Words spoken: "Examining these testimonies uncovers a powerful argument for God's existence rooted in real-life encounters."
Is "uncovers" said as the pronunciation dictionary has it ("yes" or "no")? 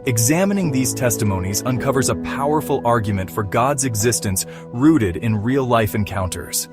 yes